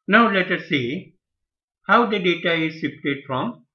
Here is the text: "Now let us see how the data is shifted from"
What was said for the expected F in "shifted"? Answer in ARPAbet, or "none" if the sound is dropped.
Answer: P